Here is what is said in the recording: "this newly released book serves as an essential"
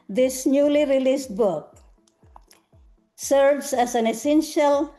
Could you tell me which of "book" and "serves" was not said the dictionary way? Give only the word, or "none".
serves